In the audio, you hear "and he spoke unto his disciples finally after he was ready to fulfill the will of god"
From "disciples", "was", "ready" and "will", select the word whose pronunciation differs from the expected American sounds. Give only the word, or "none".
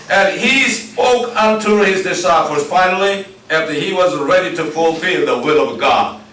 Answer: disciples